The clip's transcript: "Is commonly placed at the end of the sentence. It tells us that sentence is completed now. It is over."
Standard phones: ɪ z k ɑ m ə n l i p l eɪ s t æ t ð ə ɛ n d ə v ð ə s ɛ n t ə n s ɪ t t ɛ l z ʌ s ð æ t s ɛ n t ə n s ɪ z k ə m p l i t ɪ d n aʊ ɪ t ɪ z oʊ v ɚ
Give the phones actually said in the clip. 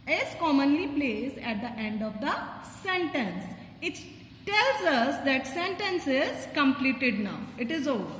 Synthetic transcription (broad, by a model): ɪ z k ɑ m ə n l i p l eɪ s æ t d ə ɛ n d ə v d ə s ɛ n t ə n s ɪ t t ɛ l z ʌ s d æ t s ɛ n t ə n s ɪ z k ə m p l i t ɪ d n aʊ ɪ t ɪ z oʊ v